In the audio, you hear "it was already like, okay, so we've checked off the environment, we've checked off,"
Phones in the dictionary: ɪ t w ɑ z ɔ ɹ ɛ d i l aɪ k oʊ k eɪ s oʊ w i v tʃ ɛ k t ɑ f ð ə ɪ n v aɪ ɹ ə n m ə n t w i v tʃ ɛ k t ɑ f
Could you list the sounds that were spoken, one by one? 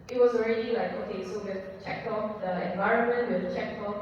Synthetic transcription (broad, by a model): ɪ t w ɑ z ɔ ɹ ɛ d i l aɪ k oʊ k eɪ s oʊ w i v tʃ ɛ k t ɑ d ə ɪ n v aɪ ɹ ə n m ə n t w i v tʃ ɛ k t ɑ